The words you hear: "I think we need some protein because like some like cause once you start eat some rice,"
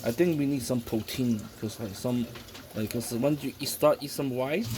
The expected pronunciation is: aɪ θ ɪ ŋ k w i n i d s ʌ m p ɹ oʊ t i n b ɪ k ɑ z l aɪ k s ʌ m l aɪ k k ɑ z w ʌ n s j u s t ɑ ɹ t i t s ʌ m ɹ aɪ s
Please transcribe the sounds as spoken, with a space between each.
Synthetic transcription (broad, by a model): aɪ t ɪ ŋ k w i n i d s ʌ m p ɹ oʊ t i n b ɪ k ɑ s l aɪ k s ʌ m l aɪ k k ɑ s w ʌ n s j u s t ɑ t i s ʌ m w aɪ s